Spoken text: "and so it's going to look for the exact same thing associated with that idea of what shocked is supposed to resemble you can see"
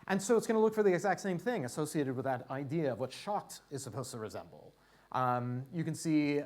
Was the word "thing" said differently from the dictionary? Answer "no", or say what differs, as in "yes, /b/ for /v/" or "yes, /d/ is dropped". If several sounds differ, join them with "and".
no